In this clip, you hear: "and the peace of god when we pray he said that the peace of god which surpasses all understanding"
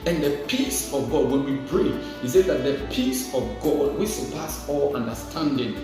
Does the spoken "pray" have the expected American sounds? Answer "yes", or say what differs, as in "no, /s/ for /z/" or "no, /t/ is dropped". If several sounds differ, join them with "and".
no, /b/ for /p/